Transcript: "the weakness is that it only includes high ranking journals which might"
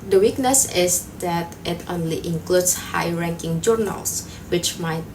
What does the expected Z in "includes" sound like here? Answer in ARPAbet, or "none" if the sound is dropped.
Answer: S